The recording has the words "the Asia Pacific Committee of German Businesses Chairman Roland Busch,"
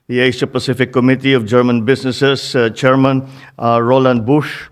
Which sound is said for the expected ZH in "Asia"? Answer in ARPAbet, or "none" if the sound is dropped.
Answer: S